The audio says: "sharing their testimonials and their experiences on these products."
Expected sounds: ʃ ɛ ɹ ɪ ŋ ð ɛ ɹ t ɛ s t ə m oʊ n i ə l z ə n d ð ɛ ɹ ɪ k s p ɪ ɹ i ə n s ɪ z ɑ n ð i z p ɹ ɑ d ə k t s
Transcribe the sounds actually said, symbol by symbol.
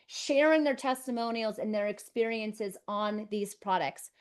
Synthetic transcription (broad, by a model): ʃ ɛ ɹ ɪ ŋ ð ɛ ɹ t ɛ s t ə m oʊ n i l z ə n ð ɛ ɹ ɪ k s p ɪ ɹ i ə n s ɪ z n ð i z p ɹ ɑ d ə k t s